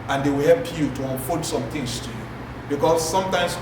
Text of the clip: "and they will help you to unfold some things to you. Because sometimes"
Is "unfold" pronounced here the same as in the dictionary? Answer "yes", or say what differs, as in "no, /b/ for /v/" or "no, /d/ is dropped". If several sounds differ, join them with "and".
no, /l/ is dropped